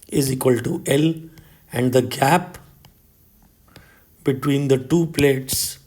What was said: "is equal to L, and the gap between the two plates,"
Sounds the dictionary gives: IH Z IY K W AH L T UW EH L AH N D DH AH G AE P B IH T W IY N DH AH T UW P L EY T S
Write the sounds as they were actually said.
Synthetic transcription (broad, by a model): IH Z IY K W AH L T UW EH L AH N D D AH G AE P B IH T W IY N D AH T UW P L EY T S